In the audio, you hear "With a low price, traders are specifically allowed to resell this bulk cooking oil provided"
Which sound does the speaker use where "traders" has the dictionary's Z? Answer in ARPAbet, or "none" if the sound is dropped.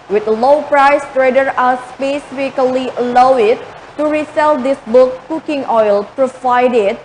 none